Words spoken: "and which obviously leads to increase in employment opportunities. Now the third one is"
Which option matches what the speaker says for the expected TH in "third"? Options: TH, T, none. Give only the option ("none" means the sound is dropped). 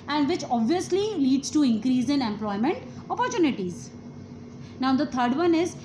T